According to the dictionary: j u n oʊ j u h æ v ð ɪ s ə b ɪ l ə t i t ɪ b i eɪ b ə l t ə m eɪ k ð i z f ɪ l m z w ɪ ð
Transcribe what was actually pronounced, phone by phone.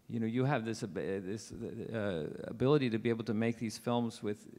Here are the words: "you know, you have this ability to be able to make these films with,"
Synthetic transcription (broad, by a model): j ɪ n oʊ j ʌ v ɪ b ð ɪ s ə b ɪ l ə t i t ɪ b i eɪ b l t ə m eɪ k ð i z f ɪ l m z w ɪ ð